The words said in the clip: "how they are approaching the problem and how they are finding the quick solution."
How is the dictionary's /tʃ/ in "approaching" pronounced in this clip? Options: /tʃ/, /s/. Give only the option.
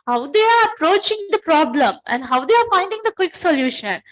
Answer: /tʃ/